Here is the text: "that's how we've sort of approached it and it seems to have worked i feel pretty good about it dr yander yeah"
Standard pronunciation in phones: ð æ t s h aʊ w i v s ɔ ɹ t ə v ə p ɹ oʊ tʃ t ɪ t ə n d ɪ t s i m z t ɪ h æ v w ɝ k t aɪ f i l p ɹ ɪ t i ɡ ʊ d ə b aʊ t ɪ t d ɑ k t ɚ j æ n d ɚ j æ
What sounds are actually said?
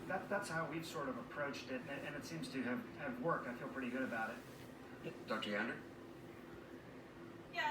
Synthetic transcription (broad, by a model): ð æ t s h aʊ w i v s ɔ ɹ t ə v ə p ɹ oʊ tʃ t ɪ t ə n ɪ t s i m z t ɪ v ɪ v w ɝ k t aɪ f i l p ɹ ɪ t i ɡ ʊ d ə b aʊ t ɪ t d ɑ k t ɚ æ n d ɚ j